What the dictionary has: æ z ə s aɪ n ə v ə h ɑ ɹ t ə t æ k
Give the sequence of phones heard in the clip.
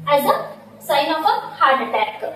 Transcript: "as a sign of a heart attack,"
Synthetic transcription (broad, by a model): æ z ə s aɪ n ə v ə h ɑ ɹ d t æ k